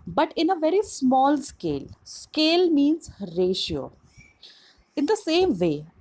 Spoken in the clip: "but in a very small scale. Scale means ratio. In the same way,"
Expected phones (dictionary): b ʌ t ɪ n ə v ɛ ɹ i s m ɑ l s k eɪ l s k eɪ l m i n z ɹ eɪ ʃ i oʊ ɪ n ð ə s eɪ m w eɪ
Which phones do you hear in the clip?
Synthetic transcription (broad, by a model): b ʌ t ɪ n ə v ɛ ɹ i s m ɑ l s k eɪ l s k eɪ l m i n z ɹ eɪ ʃ i oʊ ɪ n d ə s eɪ m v eɪ